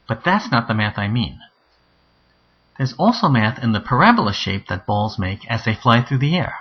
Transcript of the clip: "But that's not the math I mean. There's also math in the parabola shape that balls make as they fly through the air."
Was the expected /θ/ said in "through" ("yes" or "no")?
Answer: yes